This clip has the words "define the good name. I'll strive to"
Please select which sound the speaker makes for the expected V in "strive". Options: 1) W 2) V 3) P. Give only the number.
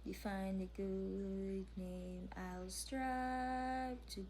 3